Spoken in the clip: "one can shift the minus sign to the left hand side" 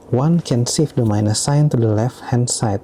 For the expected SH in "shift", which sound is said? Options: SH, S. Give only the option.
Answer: S